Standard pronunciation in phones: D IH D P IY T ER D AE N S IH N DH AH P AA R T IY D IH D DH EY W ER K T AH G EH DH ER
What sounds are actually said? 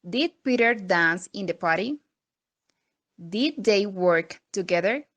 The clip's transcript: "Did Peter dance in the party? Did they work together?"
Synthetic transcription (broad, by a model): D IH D P IY T ER D AE N S IH N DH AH P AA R T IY D IH D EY W ER K T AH G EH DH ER